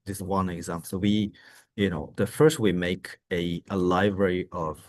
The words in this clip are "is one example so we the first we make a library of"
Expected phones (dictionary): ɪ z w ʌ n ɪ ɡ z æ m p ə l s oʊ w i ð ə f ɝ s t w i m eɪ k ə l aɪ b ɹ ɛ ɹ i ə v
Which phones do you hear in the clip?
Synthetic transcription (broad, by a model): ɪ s w ʌ n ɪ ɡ z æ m p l s oʊ w i ð ə f ɝ s t w i m eɪ k ə l aɪ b ɹ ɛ ɹ i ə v